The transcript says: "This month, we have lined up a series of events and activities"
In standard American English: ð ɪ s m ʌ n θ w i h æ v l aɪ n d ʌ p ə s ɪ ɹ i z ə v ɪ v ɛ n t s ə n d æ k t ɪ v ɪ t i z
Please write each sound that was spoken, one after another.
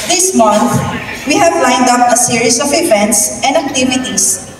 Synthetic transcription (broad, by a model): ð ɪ s m ʌ n θ w i h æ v l aɪ n d ʌ p ə s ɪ ɹ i s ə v ɪ v ɛ n t s ə n d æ k t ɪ v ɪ t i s